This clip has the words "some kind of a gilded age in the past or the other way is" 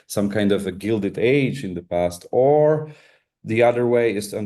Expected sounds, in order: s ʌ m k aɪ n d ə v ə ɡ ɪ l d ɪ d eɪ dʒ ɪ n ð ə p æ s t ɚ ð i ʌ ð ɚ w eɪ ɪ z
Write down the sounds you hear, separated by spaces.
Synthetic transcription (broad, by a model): s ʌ m k aɪ n d ə v ə ɡ ɪ l d ɪ d eɪ dʒ ɪ n ð ə p æ s t ɚ ð i ʌ ð ɚ w eɪ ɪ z